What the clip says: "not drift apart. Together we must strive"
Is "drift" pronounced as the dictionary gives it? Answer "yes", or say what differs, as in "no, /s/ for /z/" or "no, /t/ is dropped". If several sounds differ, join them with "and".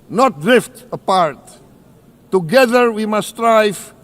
yes